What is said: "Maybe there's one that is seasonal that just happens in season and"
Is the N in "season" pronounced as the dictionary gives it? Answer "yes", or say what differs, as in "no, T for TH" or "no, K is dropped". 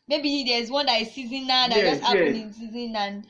yes